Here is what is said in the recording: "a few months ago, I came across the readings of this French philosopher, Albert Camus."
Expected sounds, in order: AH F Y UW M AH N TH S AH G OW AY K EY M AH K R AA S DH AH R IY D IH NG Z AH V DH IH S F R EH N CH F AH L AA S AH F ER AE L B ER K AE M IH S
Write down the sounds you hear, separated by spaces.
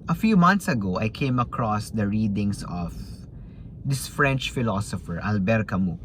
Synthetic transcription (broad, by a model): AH F Y UW M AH N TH S AH G OW AY K EY M AH K R AA S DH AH R IY D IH NG S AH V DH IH S F R EH N CH F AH L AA S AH F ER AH L B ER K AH M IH